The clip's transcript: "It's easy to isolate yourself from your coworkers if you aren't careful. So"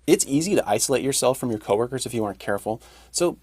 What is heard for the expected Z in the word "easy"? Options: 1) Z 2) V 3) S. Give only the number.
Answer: 1